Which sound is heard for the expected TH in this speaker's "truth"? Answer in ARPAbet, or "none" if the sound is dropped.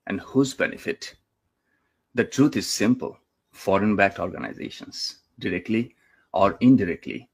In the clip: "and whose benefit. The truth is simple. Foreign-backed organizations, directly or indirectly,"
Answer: T